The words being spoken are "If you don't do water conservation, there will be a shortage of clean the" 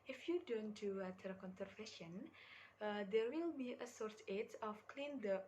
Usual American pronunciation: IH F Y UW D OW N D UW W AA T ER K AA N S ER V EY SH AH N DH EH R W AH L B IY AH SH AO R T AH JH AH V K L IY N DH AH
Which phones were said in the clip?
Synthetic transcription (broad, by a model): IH F Y UW D OW N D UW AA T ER K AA N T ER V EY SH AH N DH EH R W AH L B IY AH S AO R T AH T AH F K L IY N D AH